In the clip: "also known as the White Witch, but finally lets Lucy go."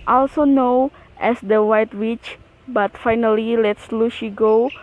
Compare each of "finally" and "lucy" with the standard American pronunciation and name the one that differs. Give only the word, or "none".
lucy